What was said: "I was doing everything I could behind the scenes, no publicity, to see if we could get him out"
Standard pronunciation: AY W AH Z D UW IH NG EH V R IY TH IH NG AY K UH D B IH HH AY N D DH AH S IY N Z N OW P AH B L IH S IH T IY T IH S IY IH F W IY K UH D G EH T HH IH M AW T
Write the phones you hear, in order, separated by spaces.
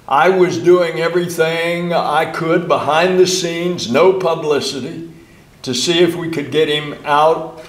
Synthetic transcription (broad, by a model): AY W AH Z D UW IH NG EH V R IY TH IH NG AY K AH D B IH HH AY N DH AH S IY N Z N OW P AH B L IH S IH T IY T IH S IY IH F W IY K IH D G EH T HH IH M AW T